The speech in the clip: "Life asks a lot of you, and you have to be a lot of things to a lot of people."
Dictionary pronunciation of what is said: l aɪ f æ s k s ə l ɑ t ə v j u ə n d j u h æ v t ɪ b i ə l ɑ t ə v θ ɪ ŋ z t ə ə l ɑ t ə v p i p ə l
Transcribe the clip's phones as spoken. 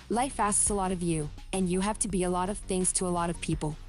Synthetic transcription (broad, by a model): l aɪ f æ s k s ə l ɑ t ə v j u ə n j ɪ h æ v t ɪ b i ə l ɑ t ə v θ ɪ ŋ z t ə ə l ɑ t ə v p i p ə l